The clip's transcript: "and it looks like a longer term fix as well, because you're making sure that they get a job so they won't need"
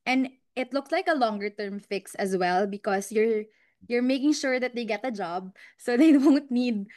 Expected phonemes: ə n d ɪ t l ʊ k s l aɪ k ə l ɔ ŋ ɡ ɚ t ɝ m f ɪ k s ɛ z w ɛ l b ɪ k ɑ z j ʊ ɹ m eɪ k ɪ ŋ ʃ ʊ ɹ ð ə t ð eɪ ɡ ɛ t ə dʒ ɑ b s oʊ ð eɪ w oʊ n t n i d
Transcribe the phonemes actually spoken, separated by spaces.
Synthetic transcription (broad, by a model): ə n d ɪ t l ʊ k s l aɪ k ə l ɔ ŋ ɡ ɚ t ɝ m f ɪ k s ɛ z w ɛ l b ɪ k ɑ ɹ j ʊ ɹ m eɪ k ɪ ŋ ʃ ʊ ɹ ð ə t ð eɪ ɡ ɛ t ə dʒ ɑ b s oʊ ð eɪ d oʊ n t n i d